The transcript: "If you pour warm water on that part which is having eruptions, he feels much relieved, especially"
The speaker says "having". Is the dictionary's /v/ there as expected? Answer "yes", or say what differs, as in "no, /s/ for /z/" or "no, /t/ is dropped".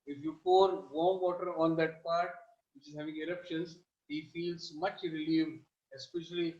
yes